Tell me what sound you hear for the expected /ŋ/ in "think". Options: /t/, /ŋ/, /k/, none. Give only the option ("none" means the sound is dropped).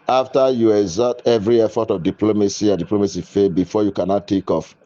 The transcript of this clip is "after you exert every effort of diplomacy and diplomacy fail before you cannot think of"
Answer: none